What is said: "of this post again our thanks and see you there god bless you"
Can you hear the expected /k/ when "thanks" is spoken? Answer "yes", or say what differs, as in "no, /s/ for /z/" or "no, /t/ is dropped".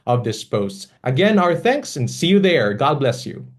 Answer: yes